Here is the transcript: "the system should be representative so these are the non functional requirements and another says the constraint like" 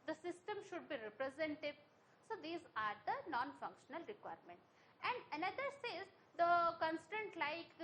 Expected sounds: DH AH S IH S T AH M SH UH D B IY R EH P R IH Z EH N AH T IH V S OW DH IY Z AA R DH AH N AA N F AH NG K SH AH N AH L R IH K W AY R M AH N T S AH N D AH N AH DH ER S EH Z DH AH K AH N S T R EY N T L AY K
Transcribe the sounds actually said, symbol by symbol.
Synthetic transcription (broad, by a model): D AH S IH S T AH M SH UH D B IY R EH P R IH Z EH N T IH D S OW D IY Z AA R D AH N AA N F AH NG K SH AH N AH L R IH K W AY R M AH N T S AH N D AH N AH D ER S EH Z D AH K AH N S T EY N T L AY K